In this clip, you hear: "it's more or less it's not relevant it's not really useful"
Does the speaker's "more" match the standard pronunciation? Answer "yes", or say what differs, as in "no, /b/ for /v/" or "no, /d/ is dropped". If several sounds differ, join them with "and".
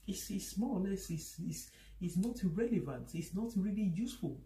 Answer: no, /l/ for /ɹ/